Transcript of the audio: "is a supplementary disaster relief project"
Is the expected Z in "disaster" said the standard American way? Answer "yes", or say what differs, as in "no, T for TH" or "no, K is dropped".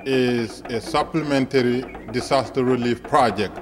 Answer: no, S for Z